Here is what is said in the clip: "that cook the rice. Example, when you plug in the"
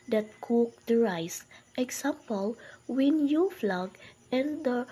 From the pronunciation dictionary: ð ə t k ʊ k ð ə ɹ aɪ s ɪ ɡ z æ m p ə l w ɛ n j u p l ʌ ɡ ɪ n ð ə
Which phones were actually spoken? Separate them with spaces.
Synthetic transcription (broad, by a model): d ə t k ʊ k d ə ɹ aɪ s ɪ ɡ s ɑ m p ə l w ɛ n j u f l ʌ ɡ ɪ n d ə